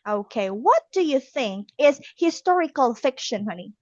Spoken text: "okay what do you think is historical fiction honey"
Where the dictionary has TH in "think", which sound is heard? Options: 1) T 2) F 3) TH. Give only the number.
3